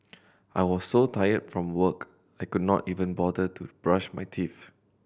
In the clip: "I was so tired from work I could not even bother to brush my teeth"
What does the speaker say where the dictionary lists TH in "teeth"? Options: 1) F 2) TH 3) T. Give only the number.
1